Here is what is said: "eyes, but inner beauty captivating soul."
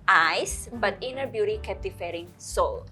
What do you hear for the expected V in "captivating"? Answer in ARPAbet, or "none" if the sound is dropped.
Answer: F